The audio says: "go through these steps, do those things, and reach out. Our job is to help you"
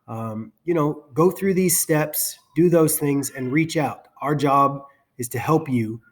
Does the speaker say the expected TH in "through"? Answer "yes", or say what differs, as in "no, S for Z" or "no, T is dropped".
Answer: yes